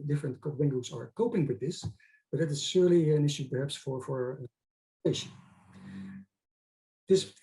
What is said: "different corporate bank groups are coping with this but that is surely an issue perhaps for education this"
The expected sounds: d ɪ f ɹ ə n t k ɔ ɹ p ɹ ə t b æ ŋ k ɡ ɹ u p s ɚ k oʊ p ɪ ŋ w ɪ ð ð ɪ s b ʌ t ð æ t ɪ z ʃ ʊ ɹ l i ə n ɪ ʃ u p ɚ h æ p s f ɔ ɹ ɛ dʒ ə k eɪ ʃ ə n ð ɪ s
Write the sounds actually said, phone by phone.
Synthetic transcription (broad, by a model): d ɪ f ɹ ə n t k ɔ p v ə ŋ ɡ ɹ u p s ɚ k oʊ p ɪ ŋ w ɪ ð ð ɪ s b ʌ t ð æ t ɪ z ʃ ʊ ɹ l i ə n ɪ ʃ u p ɚ h æ p s f ɔ ɹ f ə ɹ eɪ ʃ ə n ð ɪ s